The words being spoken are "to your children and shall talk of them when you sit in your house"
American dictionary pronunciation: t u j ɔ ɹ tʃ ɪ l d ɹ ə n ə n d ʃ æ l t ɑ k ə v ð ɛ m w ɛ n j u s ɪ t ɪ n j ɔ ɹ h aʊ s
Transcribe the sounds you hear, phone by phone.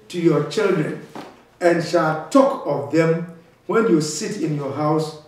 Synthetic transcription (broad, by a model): t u j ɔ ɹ tʃ ɪ l d ɹ ə n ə n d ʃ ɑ l t ɑ k ə v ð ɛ m w ɛ n j u s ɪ t ɪ n j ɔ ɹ h aʊ s